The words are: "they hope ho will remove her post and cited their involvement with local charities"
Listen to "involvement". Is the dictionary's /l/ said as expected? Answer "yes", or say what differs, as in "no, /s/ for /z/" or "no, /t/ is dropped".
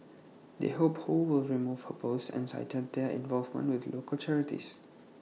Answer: yes